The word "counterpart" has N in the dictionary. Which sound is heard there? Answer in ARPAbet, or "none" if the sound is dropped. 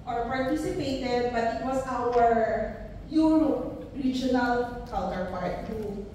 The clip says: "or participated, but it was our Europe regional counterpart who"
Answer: L